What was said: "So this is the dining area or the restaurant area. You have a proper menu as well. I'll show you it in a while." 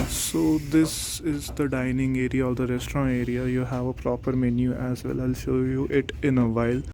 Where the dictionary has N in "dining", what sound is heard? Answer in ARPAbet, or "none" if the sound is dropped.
N